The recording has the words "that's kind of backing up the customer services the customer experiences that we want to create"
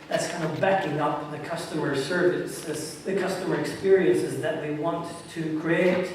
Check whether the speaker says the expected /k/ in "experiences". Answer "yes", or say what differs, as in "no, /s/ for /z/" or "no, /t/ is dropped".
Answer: yes